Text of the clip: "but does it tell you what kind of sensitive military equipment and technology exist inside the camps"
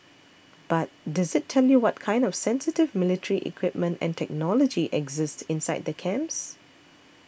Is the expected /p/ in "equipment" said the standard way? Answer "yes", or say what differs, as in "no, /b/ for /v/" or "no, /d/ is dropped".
yes